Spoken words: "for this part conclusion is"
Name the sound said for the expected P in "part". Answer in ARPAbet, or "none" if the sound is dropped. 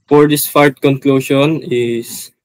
F